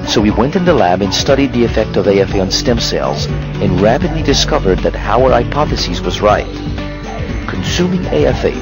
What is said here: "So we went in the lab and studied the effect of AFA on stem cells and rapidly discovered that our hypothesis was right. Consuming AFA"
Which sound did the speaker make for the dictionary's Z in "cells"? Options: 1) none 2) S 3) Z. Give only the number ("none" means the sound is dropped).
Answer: 3